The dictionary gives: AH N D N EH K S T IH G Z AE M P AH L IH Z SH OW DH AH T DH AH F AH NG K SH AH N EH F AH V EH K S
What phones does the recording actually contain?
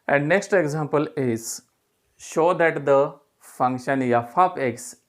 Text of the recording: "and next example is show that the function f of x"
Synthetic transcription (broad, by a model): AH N D N EH K S T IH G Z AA M P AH L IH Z SH OW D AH T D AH F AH NG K SH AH N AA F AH P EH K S